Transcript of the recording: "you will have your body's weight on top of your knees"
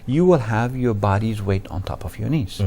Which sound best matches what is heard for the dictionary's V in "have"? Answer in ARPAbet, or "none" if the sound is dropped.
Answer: V